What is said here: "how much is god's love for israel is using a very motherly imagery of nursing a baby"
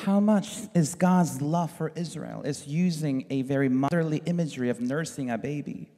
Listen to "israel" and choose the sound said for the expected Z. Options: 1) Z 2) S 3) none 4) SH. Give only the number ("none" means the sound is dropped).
1